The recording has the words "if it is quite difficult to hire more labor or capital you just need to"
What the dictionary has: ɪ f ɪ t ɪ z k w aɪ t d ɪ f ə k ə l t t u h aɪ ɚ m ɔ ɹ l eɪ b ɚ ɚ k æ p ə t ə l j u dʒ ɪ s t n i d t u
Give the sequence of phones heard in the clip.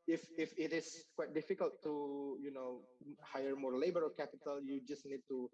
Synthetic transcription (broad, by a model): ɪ f ɪ t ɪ s k w aɪ t d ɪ f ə k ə l t t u h aɪ ɚ m ɔ ɹ l eɪ b ɚ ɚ k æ p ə t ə l j u dʒ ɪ s n i d t u